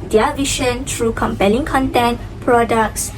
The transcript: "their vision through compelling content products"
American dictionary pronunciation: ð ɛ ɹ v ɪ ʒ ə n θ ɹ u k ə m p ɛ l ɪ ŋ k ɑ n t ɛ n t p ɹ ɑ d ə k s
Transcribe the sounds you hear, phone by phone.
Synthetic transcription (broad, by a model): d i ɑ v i ʃ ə n t ɹ u k ə m p ɛ l ɪ ŋ k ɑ n t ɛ n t p ɹ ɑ d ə k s